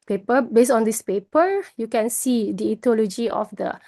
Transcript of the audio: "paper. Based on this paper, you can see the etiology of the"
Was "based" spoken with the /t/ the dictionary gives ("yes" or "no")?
no